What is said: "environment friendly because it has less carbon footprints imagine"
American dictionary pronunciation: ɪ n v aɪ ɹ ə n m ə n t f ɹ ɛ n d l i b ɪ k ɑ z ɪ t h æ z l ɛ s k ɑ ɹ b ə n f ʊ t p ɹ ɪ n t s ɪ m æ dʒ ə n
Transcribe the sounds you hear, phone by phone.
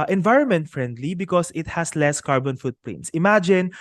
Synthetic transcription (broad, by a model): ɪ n v aɪ ɹ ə n m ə n t f ɹ ɛ n d l i b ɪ k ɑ s ɪ t h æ s l ɛ s k ɑ ɹ b ə n f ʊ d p l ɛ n s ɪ m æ dʒ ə n